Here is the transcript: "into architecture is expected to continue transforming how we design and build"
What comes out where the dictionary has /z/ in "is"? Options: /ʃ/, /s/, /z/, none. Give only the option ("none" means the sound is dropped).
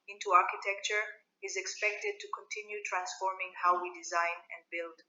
/z/